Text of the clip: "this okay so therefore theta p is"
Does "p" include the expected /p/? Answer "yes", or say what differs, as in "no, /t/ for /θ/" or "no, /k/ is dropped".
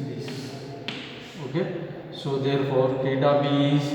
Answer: no, /b/ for /p/